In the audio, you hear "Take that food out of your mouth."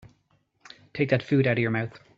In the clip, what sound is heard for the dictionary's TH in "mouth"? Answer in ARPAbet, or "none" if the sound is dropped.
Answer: TH